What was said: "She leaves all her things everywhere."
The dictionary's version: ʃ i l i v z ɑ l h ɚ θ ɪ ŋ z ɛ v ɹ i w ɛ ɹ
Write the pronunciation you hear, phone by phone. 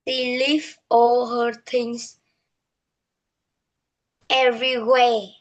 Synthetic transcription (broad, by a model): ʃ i l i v ɑ l h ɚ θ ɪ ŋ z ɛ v ɹ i w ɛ